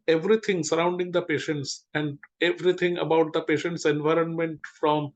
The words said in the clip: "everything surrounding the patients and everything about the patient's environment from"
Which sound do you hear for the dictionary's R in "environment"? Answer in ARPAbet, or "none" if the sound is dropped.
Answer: R